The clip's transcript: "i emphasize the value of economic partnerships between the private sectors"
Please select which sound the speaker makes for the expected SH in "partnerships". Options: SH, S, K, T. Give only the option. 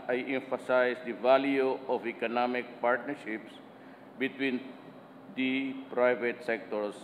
SH